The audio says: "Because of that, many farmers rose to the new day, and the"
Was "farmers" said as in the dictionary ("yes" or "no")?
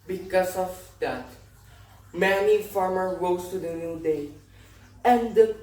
no